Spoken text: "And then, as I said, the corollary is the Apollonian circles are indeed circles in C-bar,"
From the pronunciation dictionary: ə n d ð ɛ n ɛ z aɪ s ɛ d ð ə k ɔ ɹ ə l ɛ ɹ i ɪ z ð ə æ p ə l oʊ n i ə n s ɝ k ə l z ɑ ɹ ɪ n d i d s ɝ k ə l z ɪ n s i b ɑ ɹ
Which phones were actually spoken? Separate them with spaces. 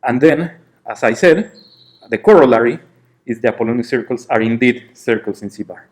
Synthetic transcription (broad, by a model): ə n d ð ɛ n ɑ s aɪ s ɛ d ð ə k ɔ ɹ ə l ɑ ɹ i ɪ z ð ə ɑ p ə l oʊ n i s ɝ k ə l s ɑ ɹ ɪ n d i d s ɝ k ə l s ɪ n s i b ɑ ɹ